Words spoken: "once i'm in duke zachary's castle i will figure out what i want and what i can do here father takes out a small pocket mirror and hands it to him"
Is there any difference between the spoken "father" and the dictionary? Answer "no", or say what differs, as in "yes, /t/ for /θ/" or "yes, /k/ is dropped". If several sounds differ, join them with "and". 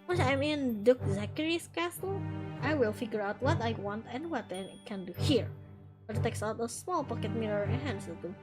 yes, /p/ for /f/